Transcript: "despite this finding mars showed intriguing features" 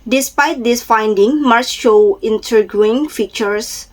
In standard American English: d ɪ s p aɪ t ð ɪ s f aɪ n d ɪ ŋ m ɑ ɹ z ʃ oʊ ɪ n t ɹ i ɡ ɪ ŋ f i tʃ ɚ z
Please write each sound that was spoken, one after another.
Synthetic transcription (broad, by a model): d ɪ s p aɪ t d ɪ s f aɪ n d ɪ ŋ m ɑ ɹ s ʃ oʊ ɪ n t i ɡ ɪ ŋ f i tʃ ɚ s